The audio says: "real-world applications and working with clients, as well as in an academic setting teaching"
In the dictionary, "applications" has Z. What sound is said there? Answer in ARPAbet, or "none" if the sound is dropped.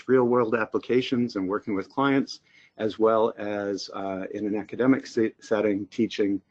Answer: Z